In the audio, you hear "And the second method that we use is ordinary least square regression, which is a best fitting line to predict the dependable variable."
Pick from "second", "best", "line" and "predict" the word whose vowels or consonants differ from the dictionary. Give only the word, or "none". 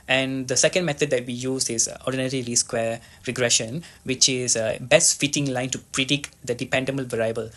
none